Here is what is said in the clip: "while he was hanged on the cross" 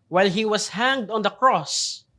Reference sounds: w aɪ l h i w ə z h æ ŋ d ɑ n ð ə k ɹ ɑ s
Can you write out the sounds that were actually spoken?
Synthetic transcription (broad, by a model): w aɪ l h i w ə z h æ ŋ d ɑ n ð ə k ɹ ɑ s